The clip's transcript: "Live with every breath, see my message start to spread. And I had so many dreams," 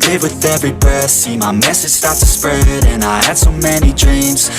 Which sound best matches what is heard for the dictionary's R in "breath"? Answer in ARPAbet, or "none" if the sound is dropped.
none